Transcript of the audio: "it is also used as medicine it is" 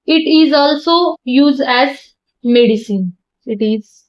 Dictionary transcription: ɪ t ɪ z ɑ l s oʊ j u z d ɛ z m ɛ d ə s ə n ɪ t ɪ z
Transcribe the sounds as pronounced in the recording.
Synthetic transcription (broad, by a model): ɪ t ɪ z ɑ l s oʊ j u z d ɛ z m ɛ d ə s ə n ɪ t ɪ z